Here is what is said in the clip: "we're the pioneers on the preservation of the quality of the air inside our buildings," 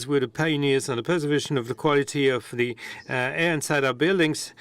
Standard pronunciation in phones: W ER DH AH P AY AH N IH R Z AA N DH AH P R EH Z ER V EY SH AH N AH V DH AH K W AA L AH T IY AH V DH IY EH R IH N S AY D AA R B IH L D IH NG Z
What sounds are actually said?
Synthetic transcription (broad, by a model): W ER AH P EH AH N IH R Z N DH AH P EH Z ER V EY SH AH N AH V DH AH K W AA L AH T IY AH V DH IY EH R IH N S AY D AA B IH L D IH NG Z